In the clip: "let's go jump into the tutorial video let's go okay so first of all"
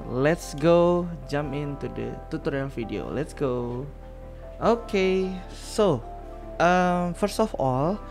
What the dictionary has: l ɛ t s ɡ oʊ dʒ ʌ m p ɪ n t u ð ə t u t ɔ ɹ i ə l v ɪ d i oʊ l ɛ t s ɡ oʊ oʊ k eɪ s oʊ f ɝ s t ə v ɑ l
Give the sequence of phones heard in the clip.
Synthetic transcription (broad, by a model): l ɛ t s ɡ oʊ dʒ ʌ m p ɪ n t u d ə t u t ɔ ɹ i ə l f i d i oʊ l ɛ t s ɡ oʊ oʊ k eɪ s oʊ f ɝ s t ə f ɑ l